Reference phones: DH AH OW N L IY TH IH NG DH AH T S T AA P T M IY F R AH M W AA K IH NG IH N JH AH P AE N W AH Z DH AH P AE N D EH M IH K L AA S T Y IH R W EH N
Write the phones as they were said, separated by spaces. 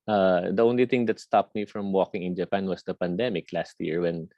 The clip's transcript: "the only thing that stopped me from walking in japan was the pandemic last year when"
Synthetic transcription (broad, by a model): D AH OW N L IY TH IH NG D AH T S T AA P T M IY F R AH M W AA K IH NG IH N JH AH P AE N W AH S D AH P AE N D EH M IH K L AA S T Y IH R W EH N